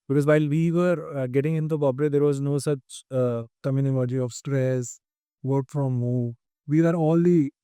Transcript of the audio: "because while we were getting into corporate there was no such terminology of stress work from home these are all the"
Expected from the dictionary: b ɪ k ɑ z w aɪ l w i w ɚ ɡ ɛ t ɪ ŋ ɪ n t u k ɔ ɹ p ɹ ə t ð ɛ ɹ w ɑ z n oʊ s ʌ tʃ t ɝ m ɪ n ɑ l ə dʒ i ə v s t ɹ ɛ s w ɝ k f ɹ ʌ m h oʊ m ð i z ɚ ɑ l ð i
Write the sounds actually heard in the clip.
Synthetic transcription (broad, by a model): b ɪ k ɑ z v aɪ l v i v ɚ ɡ ɛ t ɪ ŋ ɪ n t u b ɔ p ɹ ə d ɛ ɹ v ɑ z n oʊ s ʌ tʃ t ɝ m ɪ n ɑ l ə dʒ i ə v s t ɹ ɛ s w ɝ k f ɹ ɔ m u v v i ɚ ɑ l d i